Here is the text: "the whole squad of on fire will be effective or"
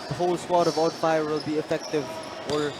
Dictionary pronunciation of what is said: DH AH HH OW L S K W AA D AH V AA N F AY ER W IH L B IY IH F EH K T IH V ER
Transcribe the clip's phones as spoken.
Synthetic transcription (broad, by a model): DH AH HH OW L S W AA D AH V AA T F AY ER W IH L B IY IH F EH K T IH V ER